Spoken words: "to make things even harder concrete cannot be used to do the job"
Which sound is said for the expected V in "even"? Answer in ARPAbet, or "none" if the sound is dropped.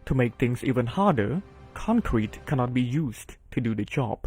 V